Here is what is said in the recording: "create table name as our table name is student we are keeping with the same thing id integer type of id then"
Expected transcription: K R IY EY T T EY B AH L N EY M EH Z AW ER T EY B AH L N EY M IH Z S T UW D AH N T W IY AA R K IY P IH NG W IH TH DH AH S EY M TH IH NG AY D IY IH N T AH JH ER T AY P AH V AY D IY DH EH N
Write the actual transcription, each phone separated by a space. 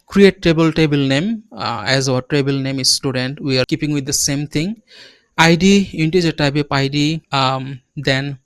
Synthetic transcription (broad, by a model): K R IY EY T T EY B AH L N EY M EH Z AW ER T EY B AH L N EY M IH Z S T UW D AH N T W IY AA R K IY P IH NG W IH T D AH S EY M T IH NG AY D IY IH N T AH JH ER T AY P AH P AY D IY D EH N